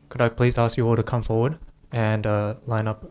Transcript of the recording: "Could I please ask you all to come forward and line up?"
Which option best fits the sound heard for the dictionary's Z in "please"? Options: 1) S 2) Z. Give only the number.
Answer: 2